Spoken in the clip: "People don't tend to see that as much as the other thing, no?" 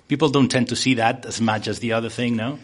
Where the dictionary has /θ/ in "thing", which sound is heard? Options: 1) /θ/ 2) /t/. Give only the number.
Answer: 1